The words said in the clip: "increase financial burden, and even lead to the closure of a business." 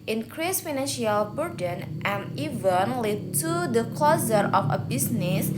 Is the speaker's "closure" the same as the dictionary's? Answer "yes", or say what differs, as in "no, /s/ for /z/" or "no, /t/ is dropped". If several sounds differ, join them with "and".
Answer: no, /z/ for /ʒ/